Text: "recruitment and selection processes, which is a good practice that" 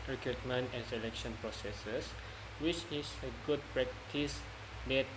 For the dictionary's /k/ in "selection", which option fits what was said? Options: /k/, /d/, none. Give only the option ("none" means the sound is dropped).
/k/